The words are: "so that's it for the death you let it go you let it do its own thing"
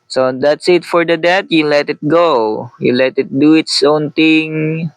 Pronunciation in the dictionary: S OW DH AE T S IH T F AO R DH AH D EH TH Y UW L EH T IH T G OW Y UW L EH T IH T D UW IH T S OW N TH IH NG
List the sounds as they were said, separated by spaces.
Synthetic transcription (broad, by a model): S OW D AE T S IH T F AO R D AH D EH T Y UW L EH T IH T G OW Y UW L EH T IH T D UW IH T S OW N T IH NG